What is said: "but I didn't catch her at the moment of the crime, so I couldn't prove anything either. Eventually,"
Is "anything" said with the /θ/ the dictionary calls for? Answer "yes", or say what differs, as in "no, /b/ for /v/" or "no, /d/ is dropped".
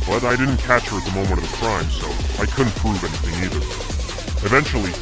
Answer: yes